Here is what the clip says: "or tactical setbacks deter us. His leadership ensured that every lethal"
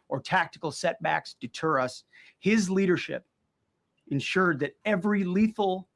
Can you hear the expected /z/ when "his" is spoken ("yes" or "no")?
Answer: yes